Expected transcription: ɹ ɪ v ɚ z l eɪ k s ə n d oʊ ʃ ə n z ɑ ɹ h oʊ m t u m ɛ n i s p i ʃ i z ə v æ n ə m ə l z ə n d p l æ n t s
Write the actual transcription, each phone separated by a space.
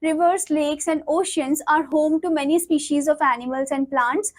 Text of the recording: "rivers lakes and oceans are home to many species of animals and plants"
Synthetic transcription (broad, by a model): ɹ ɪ v ɚ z l eɪ k s ə n d oʊ ʃ ə n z ɑ ɹ h oʊ m t u m ɛ n i s p i ʃ i z ə v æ n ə m ə l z ə n d p l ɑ n t s